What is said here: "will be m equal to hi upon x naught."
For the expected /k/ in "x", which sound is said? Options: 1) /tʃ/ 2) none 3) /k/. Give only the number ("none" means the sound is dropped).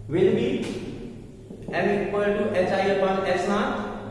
2